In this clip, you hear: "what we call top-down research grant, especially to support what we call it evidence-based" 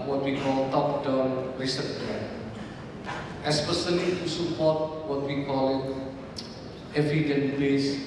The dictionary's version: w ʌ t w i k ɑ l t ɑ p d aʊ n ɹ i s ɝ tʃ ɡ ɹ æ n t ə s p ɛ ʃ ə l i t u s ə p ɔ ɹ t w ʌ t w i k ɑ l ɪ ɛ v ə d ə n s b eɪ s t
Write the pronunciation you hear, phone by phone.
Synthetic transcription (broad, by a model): w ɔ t w i k ɑ l t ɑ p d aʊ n ɹ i s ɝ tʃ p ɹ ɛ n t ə s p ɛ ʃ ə l i t u s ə p ɔ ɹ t w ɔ t w i k ɑ l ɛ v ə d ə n b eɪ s